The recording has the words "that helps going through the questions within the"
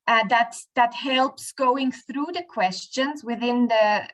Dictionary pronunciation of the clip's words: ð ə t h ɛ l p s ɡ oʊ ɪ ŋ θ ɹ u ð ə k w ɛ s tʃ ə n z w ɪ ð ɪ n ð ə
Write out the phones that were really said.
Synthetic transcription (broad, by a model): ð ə t h ɛ l p s ɡ oʊ ɪ ŋ θ ɹ u ð ə k w ɛ s tʃ ə n z w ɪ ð ɪ n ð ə